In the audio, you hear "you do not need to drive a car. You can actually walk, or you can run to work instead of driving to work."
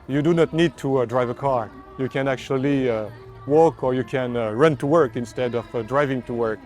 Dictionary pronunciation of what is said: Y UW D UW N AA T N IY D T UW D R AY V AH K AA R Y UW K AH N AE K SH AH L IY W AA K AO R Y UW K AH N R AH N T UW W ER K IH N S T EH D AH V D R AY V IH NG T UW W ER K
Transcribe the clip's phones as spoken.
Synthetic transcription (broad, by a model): Y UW D UW N AA T N IY D T UW D R AY V AH K AA R Y UW K AH N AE K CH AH L IY W AA K AO R Y UW K AH N R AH N T UW W ER K IH N S T EH D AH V D R AY V IH NG T UW W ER K